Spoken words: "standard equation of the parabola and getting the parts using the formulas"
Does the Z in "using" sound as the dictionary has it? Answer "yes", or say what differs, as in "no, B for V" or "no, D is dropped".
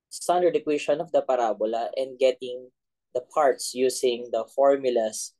no, S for Z